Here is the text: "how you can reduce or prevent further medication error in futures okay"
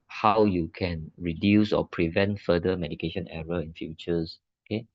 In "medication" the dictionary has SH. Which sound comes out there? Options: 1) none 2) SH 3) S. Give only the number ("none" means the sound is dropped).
2